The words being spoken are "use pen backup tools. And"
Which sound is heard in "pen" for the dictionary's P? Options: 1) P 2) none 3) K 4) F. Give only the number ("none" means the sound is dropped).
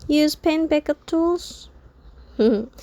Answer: 1